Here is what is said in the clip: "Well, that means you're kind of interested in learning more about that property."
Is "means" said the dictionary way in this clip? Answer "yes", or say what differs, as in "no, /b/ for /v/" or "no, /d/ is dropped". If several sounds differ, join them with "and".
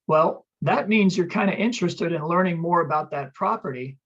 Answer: yes